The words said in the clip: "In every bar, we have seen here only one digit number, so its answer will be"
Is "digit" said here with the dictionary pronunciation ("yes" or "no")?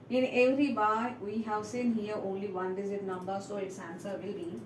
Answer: no